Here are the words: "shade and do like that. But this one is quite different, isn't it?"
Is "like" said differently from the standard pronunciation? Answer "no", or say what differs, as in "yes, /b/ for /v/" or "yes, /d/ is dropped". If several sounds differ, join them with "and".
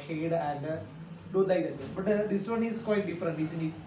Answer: yes, /n/ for /l/